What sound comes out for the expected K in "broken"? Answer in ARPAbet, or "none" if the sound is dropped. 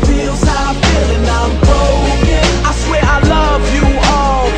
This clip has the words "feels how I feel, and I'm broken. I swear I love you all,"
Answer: none